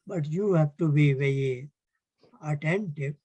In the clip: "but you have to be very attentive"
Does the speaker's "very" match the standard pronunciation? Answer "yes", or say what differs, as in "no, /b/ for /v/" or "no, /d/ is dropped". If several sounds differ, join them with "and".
no, /ɹ/ is dropped